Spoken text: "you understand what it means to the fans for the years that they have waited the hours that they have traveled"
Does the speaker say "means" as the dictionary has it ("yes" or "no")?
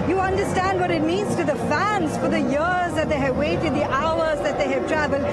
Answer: yes